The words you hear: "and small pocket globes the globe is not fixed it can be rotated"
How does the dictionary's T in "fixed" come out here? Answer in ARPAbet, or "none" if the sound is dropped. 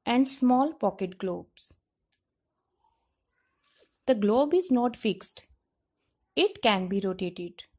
T